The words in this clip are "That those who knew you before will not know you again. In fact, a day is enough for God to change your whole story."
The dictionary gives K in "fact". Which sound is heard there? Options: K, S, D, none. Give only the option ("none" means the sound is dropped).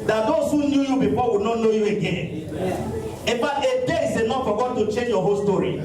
none